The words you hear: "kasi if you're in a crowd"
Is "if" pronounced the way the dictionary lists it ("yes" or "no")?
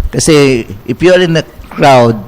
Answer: no